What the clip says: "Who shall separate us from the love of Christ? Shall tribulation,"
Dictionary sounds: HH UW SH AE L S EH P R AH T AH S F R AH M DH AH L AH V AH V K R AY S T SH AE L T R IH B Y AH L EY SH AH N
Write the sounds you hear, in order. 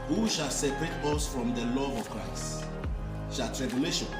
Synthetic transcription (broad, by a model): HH UW SH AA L S EH P R AH T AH S F R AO M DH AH L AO AH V K R AY S T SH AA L T R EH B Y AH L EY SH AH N